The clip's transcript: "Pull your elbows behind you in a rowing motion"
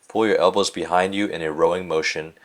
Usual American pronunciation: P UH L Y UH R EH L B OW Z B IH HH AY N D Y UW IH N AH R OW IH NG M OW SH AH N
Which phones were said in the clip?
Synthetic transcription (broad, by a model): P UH L Y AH R EH L B OW Z B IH HH AY N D Y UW IH N AH R OW IH NG M OW SH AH N